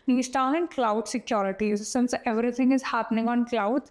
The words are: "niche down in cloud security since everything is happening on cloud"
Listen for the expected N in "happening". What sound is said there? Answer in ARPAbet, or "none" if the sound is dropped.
N